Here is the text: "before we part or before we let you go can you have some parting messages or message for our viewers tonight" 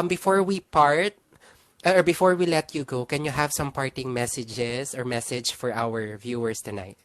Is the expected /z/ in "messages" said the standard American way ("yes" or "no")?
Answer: no